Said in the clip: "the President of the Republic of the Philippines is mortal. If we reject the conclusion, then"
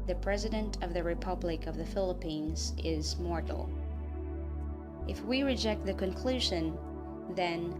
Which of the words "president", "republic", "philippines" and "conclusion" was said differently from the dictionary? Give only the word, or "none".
none